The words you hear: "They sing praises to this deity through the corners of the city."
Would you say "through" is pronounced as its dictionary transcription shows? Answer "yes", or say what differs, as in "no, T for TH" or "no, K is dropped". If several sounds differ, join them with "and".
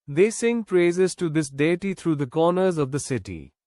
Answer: no, T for TH